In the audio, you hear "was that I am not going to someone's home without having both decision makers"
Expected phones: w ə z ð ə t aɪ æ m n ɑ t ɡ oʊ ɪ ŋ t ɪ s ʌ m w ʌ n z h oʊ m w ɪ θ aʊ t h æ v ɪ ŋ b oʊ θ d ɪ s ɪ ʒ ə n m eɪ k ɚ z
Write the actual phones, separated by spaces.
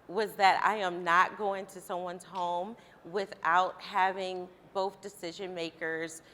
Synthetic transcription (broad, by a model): w ə z ð ə t aɪ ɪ m n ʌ t ɡ oʊ ɪ ŋ t ɪ s ʌ m w ʌ n z h oʊ m w ɪ θ aʊ t h æ v ɪ ŋ b oʊ θ d ɪ s ɪ ʒ ə n m eɪ k ɚ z